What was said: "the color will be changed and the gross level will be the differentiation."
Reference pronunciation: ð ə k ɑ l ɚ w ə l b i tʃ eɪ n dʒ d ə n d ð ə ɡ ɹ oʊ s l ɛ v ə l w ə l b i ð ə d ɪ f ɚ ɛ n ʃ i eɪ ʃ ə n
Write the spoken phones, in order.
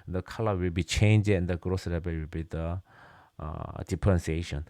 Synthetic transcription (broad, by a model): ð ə k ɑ l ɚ w ə l b i tʃ eɪ n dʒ ə n d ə ɡ ɹ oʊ s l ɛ b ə w ə l b i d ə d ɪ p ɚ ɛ n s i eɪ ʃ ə n